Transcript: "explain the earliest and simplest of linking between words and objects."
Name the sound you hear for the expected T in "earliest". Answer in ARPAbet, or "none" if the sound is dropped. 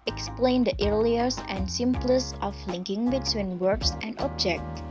none